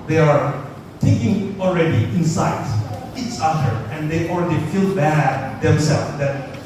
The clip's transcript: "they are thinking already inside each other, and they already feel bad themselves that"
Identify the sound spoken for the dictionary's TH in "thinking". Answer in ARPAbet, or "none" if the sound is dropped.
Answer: T